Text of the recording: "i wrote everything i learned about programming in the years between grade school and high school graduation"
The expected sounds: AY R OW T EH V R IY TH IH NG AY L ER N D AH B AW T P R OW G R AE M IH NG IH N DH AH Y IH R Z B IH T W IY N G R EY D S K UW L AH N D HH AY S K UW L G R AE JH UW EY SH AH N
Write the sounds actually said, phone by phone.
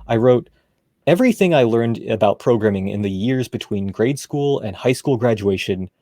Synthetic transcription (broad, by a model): AY R OW T EH V R IY TH IH NG AY L ER N D AH B AW T P R OW G R AE M IH NG IH N DH AH Y IH R Z B IH T W IY N G R EY D S K UW L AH N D HH AY S K UW L G R AE JH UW EY SH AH N